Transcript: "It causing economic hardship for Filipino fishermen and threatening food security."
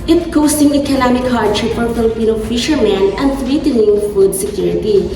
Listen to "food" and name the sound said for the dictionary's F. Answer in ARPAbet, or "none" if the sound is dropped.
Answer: F